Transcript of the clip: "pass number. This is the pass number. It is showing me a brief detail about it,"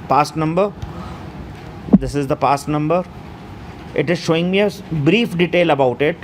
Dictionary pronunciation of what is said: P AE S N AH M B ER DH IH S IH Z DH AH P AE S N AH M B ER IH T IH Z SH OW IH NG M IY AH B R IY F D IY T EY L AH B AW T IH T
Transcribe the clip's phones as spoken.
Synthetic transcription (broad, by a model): P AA S N AH M B ER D IH S IH Z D AH P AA S N AH M B ER IH T IH Z SH OW IH NG M IY AH B R IY F D IY T EY L AH B AW T IH T